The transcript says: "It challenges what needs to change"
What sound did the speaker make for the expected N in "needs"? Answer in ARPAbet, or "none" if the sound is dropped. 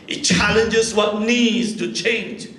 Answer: N